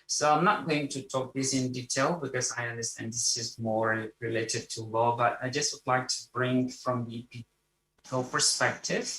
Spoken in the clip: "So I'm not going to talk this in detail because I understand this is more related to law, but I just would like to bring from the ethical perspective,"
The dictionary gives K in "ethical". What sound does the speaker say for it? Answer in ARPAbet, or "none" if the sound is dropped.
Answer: none